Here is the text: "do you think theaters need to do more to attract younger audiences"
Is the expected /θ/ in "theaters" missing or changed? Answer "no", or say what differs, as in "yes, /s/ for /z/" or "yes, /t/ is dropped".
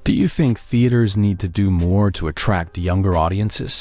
no